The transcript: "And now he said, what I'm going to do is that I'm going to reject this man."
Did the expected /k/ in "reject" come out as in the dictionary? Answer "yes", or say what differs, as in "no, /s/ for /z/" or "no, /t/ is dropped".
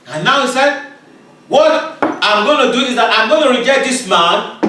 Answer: no, /k/ is dropped